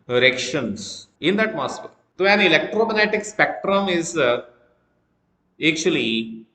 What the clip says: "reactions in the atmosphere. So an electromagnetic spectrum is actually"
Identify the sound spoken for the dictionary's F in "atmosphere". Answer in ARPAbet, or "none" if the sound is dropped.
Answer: P